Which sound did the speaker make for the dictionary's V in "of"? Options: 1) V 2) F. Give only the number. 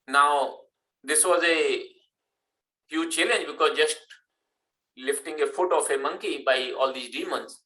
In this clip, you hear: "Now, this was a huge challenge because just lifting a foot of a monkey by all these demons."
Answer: 2